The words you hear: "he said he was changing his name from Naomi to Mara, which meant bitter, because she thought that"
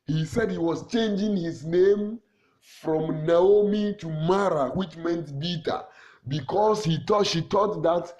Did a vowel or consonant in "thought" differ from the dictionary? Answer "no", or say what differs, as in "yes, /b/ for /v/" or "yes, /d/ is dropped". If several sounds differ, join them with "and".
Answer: yes, /t/ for /θ/